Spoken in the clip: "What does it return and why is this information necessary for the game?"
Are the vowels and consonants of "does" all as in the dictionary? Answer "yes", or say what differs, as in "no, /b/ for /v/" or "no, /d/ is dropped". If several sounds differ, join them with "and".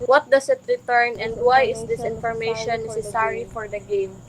no, /s/ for /z/